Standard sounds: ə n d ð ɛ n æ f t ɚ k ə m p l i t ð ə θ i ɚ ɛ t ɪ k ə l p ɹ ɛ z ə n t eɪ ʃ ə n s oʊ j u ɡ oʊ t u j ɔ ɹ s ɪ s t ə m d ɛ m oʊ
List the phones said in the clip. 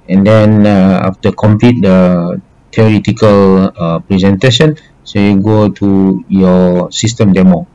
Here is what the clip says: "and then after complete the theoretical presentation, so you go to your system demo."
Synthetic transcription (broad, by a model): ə n d ɛ n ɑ f t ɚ k ə m p l i t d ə t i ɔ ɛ t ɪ k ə l p ɹ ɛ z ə n t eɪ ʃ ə n s oʊ j u ɡ oʊ t u j ɔ s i s t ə m d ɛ m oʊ